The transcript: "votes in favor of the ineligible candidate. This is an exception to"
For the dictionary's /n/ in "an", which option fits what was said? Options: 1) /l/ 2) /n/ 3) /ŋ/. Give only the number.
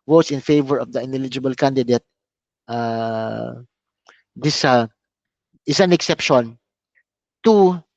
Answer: 2